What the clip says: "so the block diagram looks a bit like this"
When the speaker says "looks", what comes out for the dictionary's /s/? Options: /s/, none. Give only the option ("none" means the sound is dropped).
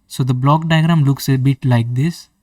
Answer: /s/